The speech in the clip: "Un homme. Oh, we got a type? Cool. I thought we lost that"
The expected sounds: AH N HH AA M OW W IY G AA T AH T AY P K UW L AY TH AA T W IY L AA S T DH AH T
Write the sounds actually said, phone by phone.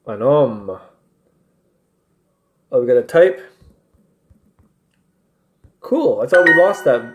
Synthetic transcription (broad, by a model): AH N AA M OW W IY G AA T AH T AY P K UW L AY S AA W IY L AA S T DH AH T